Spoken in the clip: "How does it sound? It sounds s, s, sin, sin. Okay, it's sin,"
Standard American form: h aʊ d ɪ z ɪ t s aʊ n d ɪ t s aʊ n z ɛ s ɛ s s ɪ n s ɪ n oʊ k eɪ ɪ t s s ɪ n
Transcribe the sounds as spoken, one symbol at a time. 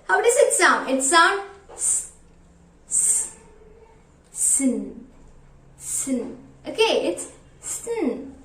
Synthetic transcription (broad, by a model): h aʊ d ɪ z ɪ t s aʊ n ɪ t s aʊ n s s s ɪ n s ɪ n oʊ k eɪ ɪ t s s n